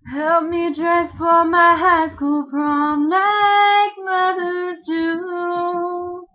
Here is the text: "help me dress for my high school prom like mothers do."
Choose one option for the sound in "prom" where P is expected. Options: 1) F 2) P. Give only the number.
1